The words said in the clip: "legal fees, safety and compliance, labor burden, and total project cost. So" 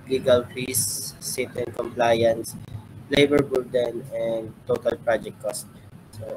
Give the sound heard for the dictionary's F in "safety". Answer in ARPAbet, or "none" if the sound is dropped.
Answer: none